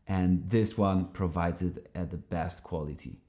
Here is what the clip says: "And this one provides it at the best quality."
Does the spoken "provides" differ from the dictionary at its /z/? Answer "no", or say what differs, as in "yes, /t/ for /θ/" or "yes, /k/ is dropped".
no